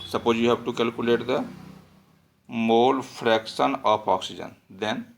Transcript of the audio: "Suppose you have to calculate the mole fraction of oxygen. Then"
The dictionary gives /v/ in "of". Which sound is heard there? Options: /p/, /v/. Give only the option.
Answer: /p/